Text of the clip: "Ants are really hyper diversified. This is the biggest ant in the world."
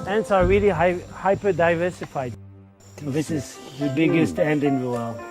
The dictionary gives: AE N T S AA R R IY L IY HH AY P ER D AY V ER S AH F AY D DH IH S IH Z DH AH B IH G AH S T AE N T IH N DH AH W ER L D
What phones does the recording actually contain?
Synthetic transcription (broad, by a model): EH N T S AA R L IY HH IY HH AY P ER D AY V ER S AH F AY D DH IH S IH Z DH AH B IH G AH S T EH N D IH N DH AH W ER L